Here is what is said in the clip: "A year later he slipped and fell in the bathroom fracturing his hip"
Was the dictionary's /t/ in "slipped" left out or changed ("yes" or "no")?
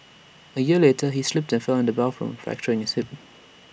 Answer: no